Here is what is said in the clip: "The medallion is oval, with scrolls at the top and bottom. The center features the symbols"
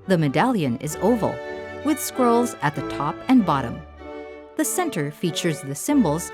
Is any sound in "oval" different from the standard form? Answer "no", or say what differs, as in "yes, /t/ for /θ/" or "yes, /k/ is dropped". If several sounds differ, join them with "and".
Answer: no